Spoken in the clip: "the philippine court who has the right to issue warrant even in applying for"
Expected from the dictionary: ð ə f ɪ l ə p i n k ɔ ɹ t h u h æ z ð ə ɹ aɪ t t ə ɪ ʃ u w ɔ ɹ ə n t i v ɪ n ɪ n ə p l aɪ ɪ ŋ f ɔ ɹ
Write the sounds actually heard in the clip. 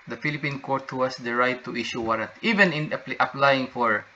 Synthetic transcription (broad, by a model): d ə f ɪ l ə p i n k ɔ ɹ t h u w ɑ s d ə ɹ aɪ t t ə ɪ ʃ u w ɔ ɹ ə t i v ɪ n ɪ n ə p l aɪ ɪ ŋ f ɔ ɹ